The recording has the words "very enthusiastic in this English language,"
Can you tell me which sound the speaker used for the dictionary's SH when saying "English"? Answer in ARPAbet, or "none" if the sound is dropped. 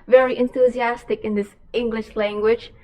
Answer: SH